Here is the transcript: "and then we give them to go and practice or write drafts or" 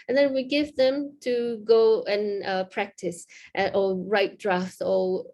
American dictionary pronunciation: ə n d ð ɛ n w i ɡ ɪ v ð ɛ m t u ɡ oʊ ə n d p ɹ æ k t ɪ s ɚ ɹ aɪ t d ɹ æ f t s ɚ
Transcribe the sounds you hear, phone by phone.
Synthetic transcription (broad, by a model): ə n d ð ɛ n w i ɡ ɪ v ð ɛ m t u ɡ oʊ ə n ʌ p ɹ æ k t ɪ s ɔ ɹ aɪ t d ɹ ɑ f t ɚ